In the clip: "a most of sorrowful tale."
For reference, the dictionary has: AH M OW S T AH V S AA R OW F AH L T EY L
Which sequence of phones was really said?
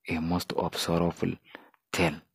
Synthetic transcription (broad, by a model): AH M OW S T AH B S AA R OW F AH L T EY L